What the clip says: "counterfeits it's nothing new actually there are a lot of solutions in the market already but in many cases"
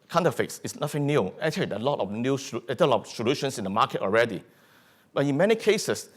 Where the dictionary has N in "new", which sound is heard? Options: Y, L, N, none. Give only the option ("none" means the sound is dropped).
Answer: N